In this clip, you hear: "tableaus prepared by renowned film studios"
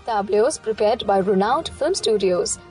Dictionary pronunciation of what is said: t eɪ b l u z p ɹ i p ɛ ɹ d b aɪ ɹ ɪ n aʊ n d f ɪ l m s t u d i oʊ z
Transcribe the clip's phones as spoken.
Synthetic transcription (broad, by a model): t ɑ b l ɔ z p ɹ i p ɛ ɹ d b aɪ ɹ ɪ n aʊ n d f ɪ l m s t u d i oʊ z